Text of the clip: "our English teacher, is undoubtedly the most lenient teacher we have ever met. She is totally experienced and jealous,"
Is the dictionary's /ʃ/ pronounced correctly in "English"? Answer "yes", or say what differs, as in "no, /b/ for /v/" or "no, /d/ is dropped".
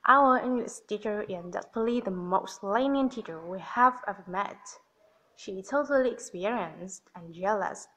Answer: no, /s/ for /ʃ/